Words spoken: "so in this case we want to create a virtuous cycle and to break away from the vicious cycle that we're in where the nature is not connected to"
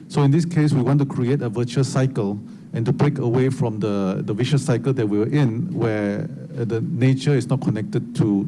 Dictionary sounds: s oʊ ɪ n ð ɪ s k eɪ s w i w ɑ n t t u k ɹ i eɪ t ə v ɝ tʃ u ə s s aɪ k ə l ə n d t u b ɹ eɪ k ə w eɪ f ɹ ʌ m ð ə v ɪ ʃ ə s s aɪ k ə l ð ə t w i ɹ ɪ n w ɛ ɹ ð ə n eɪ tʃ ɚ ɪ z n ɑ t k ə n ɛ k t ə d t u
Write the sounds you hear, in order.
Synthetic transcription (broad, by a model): s oʊ ɪ n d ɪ s k eɪ s w i w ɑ n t t u k ɹ i eɪ t ə v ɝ tʃ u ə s s aɪ k ə l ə n t u b ɹ eɪ k ə w eɪ f ɹ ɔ m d ə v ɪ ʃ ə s s aɪ k ə l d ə t w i w ɪ n w ɛ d ə n eɪ tʃ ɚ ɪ s n ɑ t k ə n ɛ k t ə d t u